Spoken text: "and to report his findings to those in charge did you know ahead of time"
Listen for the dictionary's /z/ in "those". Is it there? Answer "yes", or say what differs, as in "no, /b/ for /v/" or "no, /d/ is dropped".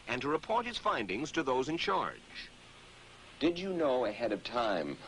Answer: yes